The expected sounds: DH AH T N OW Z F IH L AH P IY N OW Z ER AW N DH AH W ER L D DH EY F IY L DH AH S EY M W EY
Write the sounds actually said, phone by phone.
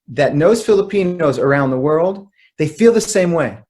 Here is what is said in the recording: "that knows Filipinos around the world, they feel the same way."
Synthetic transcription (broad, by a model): DH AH T N OW Z F IH L AH P IY N OW Z ER AW N DH AH W ER L D DH EY F IY L DH AH S EY M W EY